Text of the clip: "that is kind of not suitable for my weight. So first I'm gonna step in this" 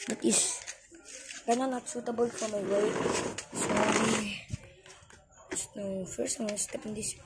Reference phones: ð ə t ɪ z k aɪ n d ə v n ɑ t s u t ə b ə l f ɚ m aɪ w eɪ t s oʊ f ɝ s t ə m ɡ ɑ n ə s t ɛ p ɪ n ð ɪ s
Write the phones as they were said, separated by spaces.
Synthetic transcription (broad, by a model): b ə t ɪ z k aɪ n ə n ɑ t s u t ə b ə l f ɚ m aɪ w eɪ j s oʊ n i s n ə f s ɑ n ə s t ɛ p ɪ n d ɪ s